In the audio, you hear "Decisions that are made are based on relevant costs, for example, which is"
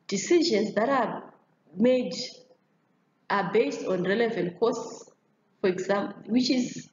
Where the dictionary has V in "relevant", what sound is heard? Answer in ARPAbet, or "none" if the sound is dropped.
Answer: V